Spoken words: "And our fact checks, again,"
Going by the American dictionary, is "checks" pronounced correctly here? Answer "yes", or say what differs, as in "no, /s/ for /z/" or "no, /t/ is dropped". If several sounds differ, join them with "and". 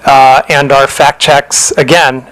yes